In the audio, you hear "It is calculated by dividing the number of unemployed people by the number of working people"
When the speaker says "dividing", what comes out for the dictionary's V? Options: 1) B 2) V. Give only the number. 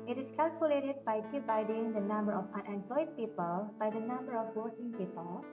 1